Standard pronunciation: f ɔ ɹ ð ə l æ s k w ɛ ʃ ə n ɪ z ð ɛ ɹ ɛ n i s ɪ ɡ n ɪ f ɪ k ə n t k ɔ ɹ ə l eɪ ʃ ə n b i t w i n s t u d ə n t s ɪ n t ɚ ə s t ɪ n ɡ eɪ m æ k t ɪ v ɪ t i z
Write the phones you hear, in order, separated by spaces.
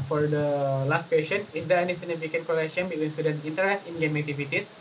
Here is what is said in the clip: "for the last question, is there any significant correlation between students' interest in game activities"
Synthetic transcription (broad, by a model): f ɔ ɹ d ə l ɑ s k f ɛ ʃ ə n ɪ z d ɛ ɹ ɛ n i s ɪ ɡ n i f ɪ k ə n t k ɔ l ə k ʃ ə n b i t w i n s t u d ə n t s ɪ n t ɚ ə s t ɪ n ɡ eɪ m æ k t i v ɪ t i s